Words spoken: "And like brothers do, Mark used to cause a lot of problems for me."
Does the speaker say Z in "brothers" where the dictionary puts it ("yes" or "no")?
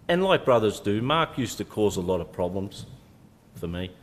yes